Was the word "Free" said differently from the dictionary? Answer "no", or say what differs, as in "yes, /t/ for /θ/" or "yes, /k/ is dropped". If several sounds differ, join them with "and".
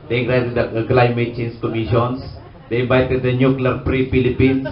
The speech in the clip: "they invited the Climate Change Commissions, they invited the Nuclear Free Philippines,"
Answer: yes, /p/ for /f/